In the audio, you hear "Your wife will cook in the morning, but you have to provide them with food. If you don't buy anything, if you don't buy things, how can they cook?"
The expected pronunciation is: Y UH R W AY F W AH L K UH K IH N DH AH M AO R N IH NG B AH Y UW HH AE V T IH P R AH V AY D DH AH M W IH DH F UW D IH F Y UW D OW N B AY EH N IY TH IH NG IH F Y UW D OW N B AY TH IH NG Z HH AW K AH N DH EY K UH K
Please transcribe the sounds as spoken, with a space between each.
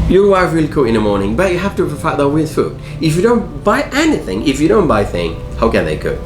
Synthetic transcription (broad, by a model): Y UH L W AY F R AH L K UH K IH N DH AH M AO R N IH NG B AH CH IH HH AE F T IH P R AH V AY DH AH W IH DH F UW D IH F Y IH D OW N B AY EH N IY TH IH NG IH F Y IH D OW N B AY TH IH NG HH AW K AH N DH EY K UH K